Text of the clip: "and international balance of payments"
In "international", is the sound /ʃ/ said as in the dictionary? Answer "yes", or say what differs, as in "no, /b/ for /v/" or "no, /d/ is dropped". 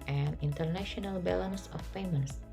yes